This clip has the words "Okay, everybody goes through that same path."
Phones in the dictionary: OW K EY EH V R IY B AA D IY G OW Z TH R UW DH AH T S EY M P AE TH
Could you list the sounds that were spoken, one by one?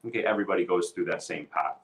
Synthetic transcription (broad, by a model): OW K EY EH V R IY B AA D IY G OW Z TH R UW DH AH T S EY M P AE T